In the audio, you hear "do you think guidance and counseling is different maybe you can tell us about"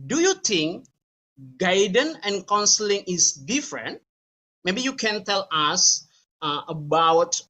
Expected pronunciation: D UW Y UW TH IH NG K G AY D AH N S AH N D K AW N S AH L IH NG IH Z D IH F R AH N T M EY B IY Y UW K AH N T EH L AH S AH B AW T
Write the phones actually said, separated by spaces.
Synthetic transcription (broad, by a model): D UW Y UW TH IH NG K G AY D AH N AH N K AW N S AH L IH NG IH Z D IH F R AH N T M EY B IY Y UW K AH N T EH L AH S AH B AW T